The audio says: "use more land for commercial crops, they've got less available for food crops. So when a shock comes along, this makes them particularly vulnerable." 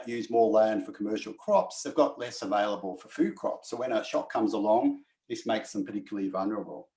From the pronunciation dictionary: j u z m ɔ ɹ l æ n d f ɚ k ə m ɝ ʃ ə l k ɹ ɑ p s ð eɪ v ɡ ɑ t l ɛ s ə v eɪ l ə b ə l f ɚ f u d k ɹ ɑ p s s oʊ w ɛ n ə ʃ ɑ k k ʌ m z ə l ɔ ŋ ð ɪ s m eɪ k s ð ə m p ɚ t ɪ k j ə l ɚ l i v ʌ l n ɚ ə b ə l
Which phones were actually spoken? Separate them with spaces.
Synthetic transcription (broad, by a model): j u z m ɔ ɹ l æ n d f ɚ k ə m ɝ ʃ l k ɹ ɑ p s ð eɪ v ɡ ɑ t l ɛ s ə v eɪ l ə b ə l f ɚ f u d k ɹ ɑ p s s oʊ w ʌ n ə ʃ ɑ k k ʌ m z ə l ɔ ŋ ð ɪ s m eɪ k s ð ə m p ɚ t ɪ k j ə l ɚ l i v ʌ l n ɚ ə b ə l